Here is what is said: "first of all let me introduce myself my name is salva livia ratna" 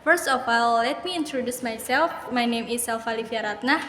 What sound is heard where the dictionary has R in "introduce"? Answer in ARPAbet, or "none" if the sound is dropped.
R